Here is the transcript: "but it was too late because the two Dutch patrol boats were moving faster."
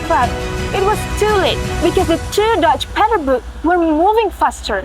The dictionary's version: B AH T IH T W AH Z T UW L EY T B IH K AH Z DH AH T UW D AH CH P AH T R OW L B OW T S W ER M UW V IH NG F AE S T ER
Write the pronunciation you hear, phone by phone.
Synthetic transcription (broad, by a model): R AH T IH T W AH Z T UW L EY T B IH K AH Z DH AH T UW D AH CH P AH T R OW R B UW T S W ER M UW V IH NG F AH S T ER